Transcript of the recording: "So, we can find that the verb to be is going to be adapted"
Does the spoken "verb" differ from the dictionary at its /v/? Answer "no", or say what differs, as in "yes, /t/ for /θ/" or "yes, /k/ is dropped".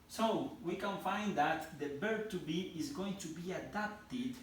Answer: yes, /b/ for /v/